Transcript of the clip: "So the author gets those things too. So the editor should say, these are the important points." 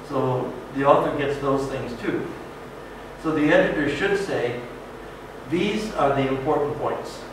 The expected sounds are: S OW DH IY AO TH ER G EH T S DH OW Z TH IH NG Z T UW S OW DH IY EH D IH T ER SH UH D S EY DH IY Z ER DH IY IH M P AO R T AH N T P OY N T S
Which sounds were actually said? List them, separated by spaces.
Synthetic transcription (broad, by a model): S OW DH IY AO TH ER G EH T S DH OW Z TH IH NG Z T UW S OW DH IY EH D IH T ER SH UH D S EY DH IY Z ER DH IY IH M P AO R T N P OY N T S